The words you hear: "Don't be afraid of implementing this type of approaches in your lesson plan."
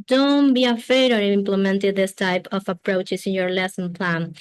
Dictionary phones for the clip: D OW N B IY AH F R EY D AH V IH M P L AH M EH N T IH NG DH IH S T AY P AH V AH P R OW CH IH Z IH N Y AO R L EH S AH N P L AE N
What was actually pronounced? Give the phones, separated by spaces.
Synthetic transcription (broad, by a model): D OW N B IY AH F EY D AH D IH M P L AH M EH N T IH DH IH S T AY P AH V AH P R OW CH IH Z IH N Y AO R L EH S AH N P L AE N